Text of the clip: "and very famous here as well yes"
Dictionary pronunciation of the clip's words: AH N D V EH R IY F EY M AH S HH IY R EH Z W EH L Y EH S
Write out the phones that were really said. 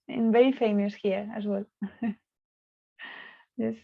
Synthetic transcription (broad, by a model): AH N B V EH IY F EY M AH S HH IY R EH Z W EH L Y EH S